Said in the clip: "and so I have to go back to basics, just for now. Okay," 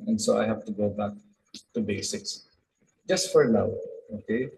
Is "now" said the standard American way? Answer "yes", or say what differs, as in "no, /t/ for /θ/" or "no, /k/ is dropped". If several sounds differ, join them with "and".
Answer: no, /l/ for /n/